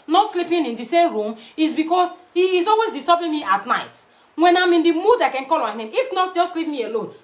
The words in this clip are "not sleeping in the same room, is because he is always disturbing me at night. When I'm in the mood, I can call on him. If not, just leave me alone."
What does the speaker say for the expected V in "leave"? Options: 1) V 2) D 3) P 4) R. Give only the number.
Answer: 3